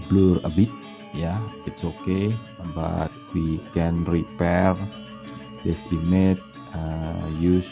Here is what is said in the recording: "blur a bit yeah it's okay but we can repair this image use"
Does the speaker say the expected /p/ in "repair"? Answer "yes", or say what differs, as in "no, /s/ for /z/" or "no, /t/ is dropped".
yes